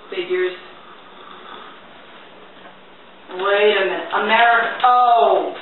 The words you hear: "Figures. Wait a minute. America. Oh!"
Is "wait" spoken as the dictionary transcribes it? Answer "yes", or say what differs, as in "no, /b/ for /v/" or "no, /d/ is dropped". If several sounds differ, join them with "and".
no, /t/ is dropped